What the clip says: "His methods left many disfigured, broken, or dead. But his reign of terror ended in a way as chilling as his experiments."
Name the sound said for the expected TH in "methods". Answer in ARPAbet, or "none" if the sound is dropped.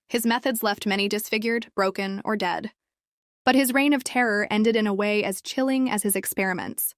TH